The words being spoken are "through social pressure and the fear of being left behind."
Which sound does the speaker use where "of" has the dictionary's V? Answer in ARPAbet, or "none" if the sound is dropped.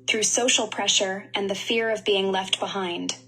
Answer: V